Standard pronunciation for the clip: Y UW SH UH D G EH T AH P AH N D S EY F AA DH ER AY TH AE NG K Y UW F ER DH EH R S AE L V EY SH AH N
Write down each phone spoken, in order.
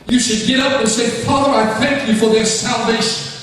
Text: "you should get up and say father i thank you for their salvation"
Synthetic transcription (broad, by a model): Y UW SH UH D G EH T AH P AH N S EY F AA DH ER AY TH AE NG K Y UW F ER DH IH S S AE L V EY SH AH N